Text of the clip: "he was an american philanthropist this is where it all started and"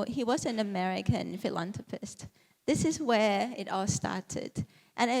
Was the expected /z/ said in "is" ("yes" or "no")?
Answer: yes